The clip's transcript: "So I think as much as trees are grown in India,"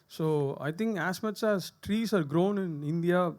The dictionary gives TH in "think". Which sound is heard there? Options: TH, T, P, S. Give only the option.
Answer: T